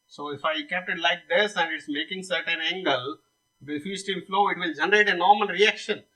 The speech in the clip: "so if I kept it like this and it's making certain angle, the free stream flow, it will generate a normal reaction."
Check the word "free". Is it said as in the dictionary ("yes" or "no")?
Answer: no